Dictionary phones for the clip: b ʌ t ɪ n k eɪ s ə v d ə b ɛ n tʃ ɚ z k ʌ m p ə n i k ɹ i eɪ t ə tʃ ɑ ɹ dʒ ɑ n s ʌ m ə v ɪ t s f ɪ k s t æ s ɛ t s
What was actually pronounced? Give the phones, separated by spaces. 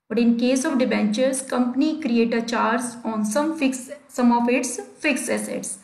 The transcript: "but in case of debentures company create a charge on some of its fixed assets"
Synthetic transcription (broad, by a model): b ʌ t ɪ n k eɪ s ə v d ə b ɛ n tʃ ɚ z k ʌ m p ə n i k ɹ i eɪ t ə tʃ ɑ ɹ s ɑ n s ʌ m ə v ɪ t s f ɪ k s ɛ s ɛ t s